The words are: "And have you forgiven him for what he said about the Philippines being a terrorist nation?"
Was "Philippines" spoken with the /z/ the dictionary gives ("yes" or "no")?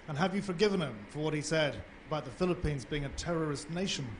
yes